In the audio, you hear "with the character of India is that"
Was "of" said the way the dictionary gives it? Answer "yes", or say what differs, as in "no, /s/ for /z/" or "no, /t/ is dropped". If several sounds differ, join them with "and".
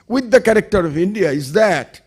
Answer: yes